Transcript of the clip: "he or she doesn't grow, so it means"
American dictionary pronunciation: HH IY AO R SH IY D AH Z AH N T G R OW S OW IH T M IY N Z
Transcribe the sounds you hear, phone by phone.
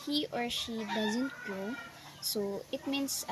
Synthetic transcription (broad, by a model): HH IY AO R SH IY D AH Z AH N T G OW S OW IH T M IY N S